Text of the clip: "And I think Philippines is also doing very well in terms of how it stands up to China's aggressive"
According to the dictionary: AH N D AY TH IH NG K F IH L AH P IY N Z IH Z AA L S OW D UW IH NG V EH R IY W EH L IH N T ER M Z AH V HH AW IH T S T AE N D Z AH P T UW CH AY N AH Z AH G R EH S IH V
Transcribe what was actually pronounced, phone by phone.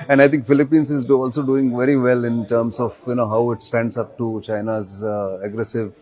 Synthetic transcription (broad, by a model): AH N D AY T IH NG K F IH L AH P IY N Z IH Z AA L S OW D UW IH NG V EH R IY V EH L IH N T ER M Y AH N HH AW IH T S T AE N D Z AH P T UW CH AY N AH Z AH G R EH S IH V